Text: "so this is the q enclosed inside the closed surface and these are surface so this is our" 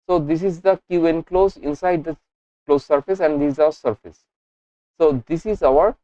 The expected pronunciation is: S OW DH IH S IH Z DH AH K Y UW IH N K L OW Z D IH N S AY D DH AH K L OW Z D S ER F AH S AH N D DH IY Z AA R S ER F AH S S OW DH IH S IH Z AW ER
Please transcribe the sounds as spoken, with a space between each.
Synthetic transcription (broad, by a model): S OW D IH S IH Z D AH K Y UW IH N K L OW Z IH N S AY D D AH K L OW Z S ER F AH S AH N D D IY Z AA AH S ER F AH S S OW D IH S IH Z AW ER